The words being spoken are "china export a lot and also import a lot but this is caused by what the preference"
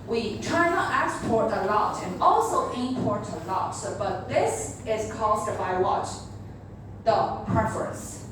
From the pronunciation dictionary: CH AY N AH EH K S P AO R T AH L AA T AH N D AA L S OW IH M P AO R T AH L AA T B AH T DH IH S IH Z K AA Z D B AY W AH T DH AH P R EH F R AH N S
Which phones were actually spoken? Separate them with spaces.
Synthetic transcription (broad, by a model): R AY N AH EH K S P AO R T AH L AA T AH N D AA L S OW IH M P AO R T AH L AA T B AH T DH IH S IH Z K AA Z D B AY W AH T DH AH P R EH F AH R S